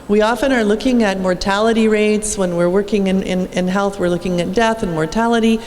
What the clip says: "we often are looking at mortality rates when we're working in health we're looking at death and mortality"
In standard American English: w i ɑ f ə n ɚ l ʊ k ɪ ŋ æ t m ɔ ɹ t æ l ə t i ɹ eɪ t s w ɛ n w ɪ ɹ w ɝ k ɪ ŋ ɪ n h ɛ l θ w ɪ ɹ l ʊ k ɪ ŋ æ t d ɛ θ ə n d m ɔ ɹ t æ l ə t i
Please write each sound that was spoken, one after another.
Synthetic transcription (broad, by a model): w i ɑ f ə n ɚ l ʊ k ɪ ŋ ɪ t m ɔ ɹ t æ l ə t i ɹ eɪ t s w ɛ n w ɪ ɹ w ɝ k ɪ ŋ ɪ n h ɛ l θ w ɪ ɹ l ʊ k ɪ ŋ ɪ t d ɛ θ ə n m ɔ ɹ t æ l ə t i